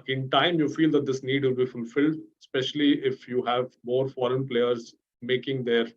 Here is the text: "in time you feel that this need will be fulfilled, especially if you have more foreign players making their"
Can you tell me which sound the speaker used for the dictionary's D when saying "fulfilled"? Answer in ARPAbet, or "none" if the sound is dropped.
D